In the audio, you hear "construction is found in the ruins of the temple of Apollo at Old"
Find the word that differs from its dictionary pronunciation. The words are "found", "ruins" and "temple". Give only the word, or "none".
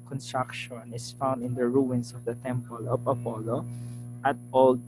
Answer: ruins